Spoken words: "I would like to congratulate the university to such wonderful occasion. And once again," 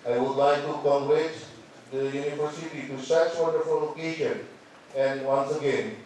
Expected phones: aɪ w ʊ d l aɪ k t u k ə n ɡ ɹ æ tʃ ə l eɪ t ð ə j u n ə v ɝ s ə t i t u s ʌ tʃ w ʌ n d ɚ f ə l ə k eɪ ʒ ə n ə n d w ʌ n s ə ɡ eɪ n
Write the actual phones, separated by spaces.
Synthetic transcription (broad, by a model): aɪ w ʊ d l aɪ k t u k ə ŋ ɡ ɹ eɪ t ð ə j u n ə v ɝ s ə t i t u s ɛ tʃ w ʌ n d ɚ f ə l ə k eɪ ʃ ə n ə n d w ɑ n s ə ɡ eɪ n